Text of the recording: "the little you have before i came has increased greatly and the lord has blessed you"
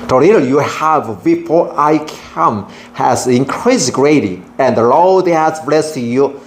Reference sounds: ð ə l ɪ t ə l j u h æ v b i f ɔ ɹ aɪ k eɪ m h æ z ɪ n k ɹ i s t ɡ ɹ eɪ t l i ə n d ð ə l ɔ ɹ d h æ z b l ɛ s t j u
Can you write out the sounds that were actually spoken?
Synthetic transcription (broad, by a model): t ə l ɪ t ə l j u h æ v b i f ɔ ɹ aɪ k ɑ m h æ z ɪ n k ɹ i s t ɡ ɹ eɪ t i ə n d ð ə l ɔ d h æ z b l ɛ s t j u